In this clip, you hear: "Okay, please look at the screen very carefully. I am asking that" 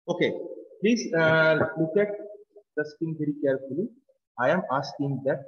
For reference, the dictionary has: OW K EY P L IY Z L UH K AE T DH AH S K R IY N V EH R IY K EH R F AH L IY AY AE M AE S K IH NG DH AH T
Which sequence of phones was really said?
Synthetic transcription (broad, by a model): OW K EY P L IY Z L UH K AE T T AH S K IY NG V EH R IY K EH R F AH L IY AY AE M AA S K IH NG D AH T